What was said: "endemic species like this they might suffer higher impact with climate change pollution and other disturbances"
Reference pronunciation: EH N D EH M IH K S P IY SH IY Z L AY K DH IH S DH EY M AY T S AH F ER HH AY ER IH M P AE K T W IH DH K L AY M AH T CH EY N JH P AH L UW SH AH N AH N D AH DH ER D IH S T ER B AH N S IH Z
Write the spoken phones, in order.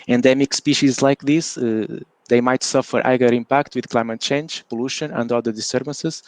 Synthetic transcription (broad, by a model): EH N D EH M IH K S P IY SH IY Z L AY K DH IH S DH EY M AY T S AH F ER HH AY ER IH M P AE K T W IH DH K L AY M AH T CH EY N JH P AH L UW SH AH N AH N D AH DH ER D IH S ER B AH N S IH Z